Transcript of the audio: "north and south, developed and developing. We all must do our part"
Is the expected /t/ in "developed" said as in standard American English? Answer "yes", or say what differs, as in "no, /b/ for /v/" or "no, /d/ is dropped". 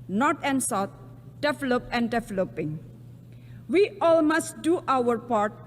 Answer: no, /t/ is dropped